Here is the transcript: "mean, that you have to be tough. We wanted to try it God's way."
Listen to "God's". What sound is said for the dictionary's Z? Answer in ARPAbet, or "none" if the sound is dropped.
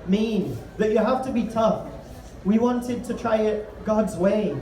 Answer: Z